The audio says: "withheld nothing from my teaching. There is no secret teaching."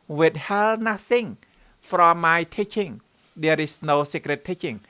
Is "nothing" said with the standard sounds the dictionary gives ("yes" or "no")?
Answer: no